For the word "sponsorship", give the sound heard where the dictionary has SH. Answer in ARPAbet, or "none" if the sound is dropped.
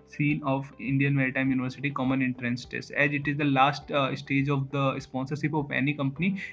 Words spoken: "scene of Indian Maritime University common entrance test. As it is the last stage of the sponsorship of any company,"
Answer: S